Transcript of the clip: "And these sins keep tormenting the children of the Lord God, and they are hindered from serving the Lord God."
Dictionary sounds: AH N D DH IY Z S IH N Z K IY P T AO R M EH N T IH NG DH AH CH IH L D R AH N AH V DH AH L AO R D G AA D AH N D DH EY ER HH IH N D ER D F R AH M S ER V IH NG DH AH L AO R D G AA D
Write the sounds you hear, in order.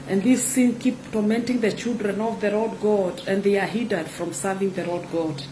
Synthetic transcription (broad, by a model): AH N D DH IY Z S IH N K IY P T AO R M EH N T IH NG DH AH CH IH L D R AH N AH V DH AH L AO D G AA D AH N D DH EY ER HH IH D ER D F R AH M S ER V IH NG DH AH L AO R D G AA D